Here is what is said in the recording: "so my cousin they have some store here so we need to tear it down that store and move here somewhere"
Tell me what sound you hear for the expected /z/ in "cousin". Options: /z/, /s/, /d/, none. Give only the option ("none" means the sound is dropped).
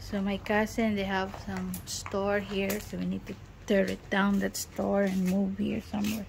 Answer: /s/